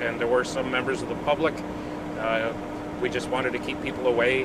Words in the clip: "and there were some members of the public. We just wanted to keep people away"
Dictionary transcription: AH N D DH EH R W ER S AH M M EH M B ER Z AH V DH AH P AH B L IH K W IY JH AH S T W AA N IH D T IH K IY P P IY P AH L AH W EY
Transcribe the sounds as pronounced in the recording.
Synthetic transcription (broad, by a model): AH N DH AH R W ER S AH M M EH M B ER Z AH V DH AH P AH B L IH K W IY JH AH S T W AA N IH D T IH K IY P P IY P L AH W EY